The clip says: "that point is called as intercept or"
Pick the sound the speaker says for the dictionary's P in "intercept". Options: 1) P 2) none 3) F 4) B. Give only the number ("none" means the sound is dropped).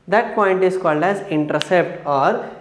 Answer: 1